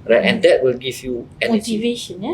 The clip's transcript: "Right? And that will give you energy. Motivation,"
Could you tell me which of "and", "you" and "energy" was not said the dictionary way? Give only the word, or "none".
energy